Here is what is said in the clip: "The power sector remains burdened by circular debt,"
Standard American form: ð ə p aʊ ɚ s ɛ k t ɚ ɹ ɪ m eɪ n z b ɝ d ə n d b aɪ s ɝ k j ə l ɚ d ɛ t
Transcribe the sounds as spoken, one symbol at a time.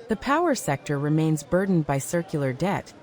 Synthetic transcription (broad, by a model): ð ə p aʊ ɚ s ɛ k t ɚ ɹ ɪ m eɪ n z b ɝ d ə n b aɪ s ɝ k j l ɚ d ɛ t